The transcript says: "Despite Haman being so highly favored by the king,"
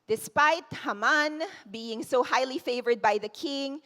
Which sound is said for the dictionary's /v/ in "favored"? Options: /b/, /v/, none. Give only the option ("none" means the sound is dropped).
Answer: /v/